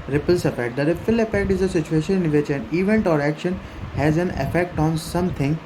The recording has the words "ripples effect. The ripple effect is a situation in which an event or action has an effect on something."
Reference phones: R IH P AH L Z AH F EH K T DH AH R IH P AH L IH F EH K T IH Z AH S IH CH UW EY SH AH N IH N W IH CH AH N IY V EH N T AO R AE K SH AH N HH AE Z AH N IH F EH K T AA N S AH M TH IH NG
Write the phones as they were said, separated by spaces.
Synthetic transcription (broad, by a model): R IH P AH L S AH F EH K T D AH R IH F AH L IH F EH K T IH Z AH S IH CH UW EY SH AH N IH N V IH CH AH N IY V EH N T AO R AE K SH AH N HH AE Z AH N IH F EH K T AA N S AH M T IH NG